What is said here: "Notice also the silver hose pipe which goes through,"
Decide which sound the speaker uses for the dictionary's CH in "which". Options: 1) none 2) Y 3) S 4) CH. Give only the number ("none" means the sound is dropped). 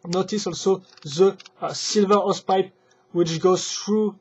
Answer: 4